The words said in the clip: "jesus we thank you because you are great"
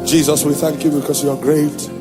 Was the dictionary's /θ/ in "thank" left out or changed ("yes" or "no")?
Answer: no